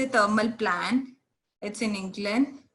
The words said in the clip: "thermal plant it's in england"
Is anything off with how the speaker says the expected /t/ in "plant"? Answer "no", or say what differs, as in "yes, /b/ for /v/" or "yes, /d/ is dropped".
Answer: yes, /t/ is dropped